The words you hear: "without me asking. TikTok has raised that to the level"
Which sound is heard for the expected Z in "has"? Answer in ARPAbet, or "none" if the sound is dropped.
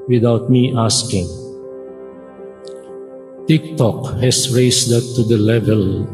S